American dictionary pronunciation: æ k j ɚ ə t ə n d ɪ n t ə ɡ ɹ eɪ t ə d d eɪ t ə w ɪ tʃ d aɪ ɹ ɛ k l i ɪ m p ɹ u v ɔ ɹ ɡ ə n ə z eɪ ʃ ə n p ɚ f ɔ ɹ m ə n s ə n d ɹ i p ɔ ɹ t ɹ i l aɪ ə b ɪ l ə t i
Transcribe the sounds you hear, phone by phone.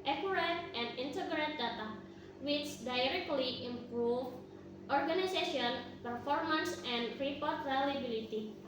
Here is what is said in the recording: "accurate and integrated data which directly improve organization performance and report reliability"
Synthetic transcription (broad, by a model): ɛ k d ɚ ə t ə n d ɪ n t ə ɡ ɹ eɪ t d d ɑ t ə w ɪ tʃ d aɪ ɹ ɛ k l i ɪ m p ɹ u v ɔ ɹ ɡ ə n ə s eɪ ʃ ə n p ɚ f ɔ ɹ m ə n s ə n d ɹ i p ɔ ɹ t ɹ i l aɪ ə b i l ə t i